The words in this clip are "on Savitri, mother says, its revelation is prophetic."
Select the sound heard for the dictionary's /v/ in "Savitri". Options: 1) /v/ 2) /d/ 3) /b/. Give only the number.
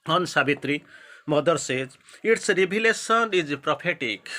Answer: 3